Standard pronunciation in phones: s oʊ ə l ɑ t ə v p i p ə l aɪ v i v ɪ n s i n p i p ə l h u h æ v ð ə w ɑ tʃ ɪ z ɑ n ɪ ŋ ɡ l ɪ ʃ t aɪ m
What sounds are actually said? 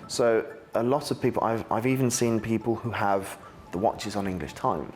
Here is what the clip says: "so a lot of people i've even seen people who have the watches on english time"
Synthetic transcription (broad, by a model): s oʊ ə l ɑ t ə v p i p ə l aɪ v i v ɪ n s i n p i p ə l h u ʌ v ð ə w ɑ tʃ ɪ z n ɪ ŋ ɡ l ɪ ʃ t aɪ m